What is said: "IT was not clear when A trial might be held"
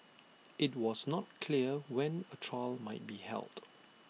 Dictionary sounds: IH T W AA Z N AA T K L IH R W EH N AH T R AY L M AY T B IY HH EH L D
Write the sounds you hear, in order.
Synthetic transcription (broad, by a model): IH T W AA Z N AA T K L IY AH W EH N AH T R AY L M AY T B IY HH EH L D